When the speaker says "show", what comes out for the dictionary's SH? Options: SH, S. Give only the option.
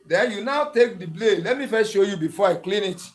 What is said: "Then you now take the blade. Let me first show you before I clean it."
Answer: SH